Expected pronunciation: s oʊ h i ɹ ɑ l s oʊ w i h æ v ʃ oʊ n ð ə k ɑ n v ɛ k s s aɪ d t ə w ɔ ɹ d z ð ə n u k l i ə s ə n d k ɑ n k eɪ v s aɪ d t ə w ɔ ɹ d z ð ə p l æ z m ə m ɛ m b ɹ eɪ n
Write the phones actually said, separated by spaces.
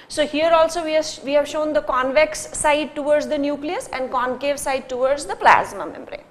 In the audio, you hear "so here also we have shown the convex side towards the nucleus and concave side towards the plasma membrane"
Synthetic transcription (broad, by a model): s oʊ h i ɹ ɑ l s oʊ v i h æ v ʃ oʊ n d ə k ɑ n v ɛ k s s aɪ d t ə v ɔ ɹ d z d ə n u k l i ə s ə n d k ɑ n k eɪ v s aɪ d t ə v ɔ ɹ d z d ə p l æ z m ə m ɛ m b ɹ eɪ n